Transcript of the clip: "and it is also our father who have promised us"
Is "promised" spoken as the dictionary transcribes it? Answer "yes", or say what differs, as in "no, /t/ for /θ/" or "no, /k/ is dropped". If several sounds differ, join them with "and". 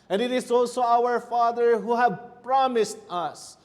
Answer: yes